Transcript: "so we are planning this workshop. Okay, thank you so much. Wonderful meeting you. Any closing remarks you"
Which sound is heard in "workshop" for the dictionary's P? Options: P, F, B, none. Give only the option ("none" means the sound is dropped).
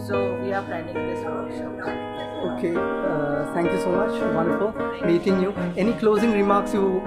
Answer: none